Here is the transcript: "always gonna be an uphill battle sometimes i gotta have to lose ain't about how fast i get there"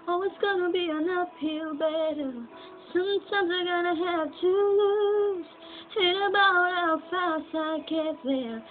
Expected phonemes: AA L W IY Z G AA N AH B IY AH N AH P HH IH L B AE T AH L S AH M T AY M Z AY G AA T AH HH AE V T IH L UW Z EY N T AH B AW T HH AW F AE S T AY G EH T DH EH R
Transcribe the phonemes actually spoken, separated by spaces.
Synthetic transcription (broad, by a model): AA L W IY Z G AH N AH B IY AH N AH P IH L B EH T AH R S AH M T AY M Z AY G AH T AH HH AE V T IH L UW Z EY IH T AH B AW T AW F AE S T AY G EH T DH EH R